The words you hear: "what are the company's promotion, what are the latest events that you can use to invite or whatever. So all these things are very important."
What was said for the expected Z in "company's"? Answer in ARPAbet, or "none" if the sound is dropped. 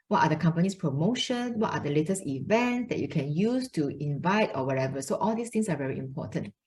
S